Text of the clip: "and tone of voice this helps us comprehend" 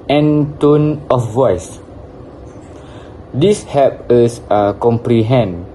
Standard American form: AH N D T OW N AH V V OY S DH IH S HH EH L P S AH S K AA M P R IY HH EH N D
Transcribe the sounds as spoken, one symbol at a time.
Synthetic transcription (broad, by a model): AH N T OW N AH F V OY S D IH S HH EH P AH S K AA M P R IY HH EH N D